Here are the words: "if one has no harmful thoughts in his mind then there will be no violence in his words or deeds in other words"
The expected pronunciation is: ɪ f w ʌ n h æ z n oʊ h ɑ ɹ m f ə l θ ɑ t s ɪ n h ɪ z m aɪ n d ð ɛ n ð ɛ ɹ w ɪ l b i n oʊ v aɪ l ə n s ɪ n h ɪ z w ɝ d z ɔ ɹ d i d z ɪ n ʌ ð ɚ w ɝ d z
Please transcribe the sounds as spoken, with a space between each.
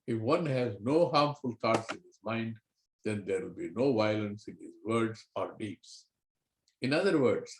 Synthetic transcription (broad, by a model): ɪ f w ʌ n h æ z n oʊ h ɑ ɹ m f ə l t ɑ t s ɪ n h ɪ z m aɪ n d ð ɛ n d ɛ ɹ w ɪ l b i n oʊ v aɪ l ə n s ɪ n h ɪ z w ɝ d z ɔ ɹ d i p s ɪ n ʌ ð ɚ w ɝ d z